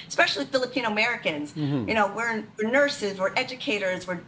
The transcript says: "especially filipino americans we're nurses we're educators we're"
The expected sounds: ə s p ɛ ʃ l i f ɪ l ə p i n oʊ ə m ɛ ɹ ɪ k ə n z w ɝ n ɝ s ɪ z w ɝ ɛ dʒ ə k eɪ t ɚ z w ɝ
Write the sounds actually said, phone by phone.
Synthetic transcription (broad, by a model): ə s p ɛ ʃ l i f ɪ l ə p i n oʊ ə m ɛ ɹ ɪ k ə n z w ɝ n ɝ s ɪ z w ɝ ɛ dʒ ə k eɪ t ɚ z w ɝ